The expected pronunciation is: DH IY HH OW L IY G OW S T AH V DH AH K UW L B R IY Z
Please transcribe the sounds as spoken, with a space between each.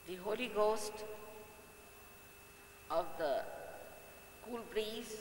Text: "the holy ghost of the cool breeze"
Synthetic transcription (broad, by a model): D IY HH OW L IY G OW S T AH V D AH K UW L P R IY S